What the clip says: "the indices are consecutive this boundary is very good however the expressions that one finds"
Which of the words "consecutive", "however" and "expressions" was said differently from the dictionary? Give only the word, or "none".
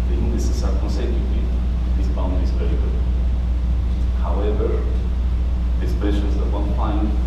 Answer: expressions